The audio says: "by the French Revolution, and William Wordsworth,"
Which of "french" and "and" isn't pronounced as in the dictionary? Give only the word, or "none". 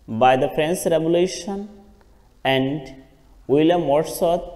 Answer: french